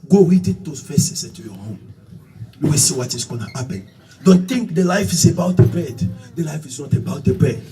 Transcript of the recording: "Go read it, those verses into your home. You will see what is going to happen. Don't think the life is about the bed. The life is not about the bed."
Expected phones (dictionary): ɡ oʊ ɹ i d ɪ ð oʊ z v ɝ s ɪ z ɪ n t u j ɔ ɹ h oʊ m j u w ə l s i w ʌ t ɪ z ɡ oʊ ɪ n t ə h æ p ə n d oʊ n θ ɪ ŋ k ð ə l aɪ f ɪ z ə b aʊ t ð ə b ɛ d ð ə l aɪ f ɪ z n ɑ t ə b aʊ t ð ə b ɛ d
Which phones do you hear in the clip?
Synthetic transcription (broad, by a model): ɡ oʊ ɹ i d ɪ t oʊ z f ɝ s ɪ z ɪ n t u j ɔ h oʊ m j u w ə s i w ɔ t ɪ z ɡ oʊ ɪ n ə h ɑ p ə n d oʊ n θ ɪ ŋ k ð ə l aɪ f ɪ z ə b aʊ t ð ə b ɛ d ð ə l aɪ f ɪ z n ɑ t ə b aʊ t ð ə b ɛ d